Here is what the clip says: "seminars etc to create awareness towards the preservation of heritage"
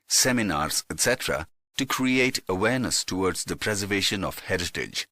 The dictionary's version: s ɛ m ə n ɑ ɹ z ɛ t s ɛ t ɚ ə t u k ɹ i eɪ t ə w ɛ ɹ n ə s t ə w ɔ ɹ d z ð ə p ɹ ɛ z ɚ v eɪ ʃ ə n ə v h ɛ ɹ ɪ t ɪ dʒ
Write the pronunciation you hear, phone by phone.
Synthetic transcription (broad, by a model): s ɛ m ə n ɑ ɹ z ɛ t s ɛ t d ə t u k ɹ i eɪ t ə w ɛ ɹ n ə s t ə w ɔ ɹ d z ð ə p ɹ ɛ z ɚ v eɪ ʃ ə n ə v h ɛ ɹ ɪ t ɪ dʒ